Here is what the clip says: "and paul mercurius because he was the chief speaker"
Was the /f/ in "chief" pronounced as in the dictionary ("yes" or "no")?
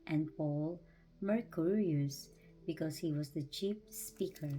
no